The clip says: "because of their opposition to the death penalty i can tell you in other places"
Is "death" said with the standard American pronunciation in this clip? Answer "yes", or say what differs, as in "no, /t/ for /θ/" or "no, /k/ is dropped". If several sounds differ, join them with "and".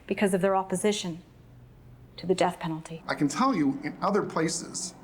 yes